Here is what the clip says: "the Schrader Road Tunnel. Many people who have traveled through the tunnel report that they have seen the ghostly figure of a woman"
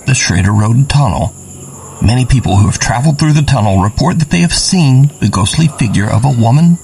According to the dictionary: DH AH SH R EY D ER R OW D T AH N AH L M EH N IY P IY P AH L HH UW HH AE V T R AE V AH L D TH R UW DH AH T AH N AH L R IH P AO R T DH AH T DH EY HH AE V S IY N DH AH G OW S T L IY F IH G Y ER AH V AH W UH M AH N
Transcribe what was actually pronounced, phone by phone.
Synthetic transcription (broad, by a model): DH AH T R EY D ER R OW D T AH N L M EH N IY P IY P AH L HH UW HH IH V T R AE V L D TH R UW DH AH T AH N L R IH P AO R T DH AH T DH EY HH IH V S IY N DH AH G OW S T L IY F IH G Y ER AH V AH W UH M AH N